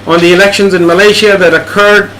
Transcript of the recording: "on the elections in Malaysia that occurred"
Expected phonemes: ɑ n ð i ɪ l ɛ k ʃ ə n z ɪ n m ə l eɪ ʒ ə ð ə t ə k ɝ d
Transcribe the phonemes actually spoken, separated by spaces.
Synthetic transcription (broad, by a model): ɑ n ð i ɪ l ɛ k ʃ ə n z ɪ n m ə l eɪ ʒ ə ð ə t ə k ɝ d